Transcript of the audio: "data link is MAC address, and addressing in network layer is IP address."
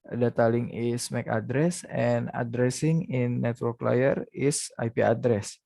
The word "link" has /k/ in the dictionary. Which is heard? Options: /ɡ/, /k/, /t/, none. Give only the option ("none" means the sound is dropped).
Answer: none